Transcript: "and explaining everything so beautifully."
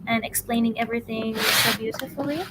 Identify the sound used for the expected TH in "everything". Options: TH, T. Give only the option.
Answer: TH